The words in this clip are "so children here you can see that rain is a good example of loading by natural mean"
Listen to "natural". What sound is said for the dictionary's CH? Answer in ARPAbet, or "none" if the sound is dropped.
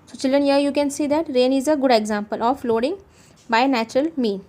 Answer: CH